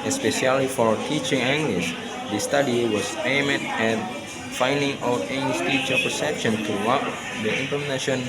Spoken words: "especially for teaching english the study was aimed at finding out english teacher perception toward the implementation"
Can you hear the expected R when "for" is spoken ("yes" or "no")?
yes